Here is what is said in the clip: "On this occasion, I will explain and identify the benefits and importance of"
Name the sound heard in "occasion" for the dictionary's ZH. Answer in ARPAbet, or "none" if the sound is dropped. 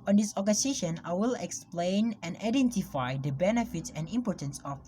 SH